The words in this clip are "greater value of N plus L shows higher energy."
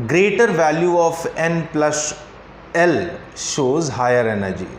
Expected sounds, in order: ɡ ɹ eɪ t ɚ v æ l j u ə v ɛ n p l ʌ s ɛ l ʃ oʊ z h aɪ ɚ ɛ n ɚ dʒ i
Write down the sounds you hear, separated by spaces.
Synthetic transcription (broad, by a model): ɡ ɹ eɪ t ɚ v æ l j u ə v ɛ n p l ʌ s ɛ l ʃ oʊ z h aɪ ɚ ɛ n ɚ dʒ i